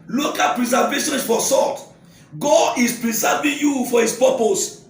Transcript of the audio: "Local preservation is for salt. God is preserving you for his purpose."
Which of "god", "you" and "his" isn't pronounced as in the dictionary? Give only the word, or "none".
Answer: his